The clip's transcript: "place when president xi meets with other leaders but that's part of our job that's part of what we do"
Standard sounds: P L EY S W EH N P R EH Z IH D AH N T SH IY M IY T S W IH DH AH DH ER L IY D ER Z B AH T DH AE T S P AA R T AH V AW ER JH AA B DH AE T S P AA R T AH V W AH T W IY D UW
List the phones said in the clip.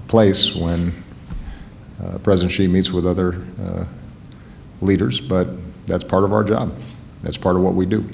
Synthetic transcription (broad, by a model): P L EY S W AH N P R EH Z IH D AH N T SH IY M IY T S W IH DH AH DH ER L IY D ER Z B AH T DH AE T S P AA R T AH V AW ER JH AA B DH AE T S P AA R T AH V W AH T W IY D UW